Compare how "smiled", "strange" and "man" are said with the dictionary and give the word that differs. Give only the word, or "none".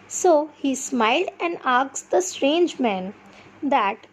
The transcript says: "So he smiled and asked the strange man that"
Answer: none